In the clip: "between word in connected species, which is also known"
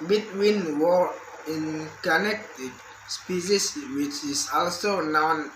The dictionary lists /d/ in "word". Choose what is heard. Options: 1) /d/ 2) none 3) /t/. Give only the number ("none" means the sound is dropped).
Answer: 2